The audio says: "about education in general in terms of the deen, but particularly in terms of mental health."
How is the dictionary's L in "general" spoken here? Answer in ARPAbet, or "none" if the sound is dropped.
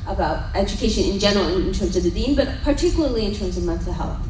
N